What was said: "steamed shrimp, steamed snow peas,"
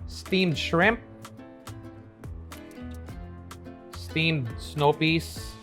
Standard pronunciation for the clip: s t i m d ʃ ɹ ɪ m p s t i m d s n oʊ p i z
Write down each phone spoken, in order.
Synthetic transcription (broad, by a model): s t i m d ʃ ɹ ɪ m p s t i m d s n oʊ p i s